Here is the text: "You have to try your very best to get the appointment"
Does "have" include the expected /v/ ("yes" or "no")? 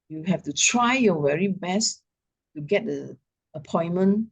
no